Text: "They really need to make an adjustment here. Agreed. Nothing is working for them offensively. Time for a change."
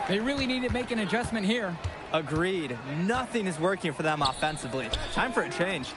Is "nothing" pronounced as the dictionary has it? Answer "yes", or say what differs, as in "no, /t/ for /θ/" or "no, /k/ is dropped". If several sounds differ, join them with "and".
yes